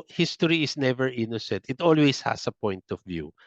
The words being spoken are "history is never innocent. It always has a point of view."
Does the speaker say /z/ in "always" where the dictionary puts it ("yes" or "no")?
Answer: no